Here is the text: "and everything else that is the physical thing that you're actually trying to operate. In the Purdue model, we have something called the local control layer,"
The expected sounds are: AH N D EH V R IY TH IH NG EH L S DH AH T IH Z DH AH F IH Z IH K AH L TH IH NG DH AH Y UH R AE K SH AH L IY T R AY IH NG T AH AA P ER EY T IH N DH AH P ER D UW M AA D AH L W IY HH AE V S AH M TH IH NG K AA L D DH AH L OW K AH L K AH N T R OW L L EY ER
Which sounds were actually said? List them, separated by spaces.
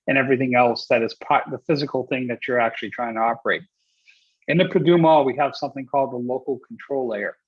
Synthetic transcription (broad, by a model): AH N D EH V R IY TH IH NG EH L S DH AH T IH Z DH AH F IH Z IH K L TH IH NG DH AH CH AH R AE K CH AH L IY T R AY IH NG T AH AA P ER EY T IH N DH AH P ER D UW M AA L W IY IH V S AH M TH IH NG K AA L D DH AH L OW K L K N T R OW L L EY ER